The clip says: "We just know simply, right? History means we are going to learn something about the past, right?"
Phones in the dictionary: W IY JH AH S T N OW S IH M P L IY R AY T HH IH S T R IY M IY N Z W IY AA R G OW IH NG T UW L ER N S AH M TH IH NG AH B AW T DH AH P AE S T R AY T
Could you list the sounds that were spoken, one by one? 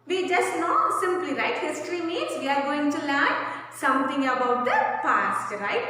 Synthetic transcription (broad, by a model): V IY JH AH S T N OW S IH M P L IY R AY T HH IH S T R IY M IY Z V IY AA R G OW IH NG T UW L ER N S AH M T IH NG AH B AW T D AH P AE S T R AY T